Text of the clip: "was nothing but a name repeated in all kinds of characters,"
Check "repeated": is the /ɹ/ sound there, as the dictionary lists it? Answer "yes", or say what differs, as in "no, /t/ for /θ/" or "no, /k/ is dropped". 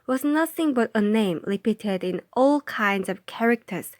no, /l/ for /ɹ/